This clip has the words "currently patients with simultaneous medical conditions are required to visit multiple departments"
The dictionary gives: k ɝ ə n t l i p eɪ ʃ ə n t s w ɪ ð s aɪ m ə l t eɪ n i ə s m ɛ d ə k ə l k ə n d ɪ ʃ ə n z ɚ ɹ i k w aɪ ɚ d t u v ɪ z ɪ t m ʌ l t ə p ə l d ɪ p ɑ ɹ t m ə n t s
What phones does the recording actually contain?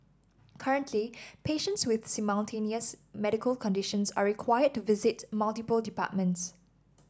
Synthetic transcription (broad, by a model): k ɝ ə n t l i p eɪ ʃ ə n t s w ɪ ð s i m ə n t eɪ n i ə s m ɛ d ə k ə l k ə n d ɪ ʃ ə n s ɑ ɹ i k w aɪ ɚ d t u v ɪ z ɪ t m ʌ l t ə p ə l d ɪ p ɑ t m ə n t s